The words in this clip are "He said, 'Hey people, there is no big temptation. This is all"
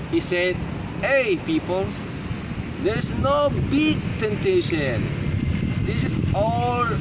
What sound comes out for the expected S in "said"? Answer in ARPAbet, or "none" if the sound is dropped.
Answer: S